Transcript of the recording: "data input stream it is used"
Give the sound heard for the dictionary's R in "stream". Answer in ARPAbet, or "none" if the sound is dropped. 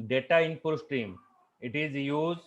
R